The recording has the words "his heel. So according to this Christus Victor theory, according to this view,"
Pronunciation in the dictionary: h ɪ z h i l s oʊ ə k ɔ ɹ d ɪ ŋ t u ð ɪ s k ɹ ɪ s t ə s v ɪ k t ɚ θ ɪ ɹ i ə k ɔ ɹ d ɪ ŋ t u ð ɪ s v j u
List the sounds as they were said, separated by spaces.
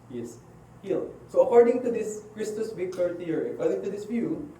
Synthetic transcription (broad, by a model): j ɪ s h i l s oʊ ə k ɔ ɹ d ɪ ŋ t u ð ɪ s k ɹ ɪ s t ə s b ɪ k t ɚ t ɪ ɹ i ə k ɔ ɹ d ɪ ŋ t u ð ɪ s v j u